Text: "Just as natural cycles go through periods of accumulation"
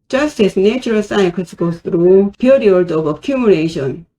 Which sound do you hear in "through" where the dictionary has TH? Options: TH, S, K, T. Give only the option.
T